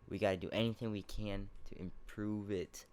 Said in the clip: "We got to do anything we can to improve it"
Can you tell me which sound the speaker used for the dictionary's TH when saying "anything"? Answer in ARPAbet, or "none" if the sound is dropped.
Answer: TH